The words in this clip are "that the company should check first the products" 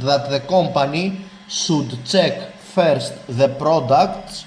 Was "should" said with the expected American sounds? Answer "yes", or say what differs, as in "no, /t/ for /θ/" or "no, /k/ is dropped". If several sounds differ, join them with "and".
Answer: no, /s/ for /ʃ/